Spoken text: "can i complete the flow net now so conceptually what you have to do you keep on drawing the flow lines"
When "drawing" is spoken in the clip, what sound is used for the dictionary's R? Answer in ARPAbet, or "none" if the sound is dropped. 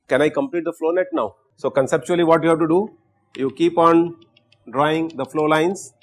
R